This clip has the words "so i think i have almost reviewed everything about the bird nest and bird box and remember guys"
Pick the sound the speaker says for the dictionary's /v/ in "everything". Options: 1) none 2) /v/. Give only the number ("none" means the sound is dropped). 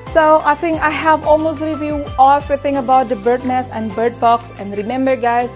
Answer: 1